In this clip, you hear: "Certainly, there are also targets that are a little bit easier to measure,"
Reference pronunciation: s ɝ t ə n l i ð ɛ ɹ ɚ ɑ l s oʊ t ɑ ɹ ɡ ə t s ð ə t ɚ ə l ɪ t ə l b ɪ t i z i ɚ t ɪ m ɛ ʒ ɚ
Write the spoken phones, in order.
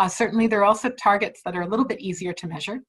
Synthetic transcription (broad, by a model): s ɝ t n l i ð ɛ ɹ ɑ l s oʊ t ɑ ɹ ɡ ə t s ð ə t ɚ ə l ɪ t l b ɪ t i z i ɚ t ɪ m ɛ ʒ ɚ